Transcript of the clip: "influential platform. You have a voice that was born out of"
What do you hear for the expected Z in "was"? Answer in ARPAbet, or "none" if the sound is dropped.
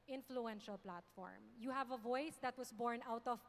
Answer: S